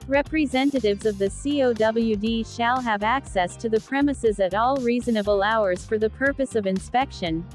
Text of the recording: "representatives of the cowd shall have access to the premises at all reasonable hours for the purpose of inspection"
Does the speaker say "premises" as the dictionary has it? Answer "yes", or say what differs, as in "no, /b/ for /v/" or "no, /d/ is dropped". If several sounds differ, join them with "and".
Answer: yes